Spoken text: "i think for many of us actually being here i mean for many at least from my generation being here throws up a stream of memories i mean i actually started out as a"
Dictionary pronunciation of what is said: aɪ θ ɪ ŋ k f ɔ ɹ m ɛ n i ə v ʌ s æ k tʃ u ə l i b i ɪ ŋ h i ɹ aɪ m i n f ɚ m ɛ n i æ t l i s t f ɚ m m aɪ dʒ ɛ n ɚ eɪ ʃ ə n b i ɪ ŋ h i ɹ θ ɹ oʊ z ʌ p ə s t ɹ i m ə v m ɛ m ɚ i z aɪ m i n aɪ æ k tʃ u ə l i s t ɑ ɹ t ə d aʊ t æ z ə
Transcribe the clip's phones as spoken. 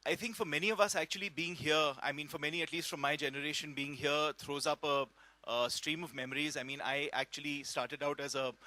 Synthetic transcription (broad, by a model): aɪ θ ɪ ŋ k f ɔ ɹ m ɛ n i ə v ʌ s æ k tʃ u ə l i b i ɪ ŋ h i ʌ aɪ m i n f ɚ m ɛ n i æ t l i s t f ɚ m m aɪ dʒ ɛ n ɚ eɪ ʃ ə n b i ɪ ŋ h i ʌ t ɹ oʊ z ʌ p ə s t ɹ i m ə v m ɛ m ɚ i z aɪ m i n aɪ æ k tʃ u ə l i s t ɑ ɹ t ə d aʊ t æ z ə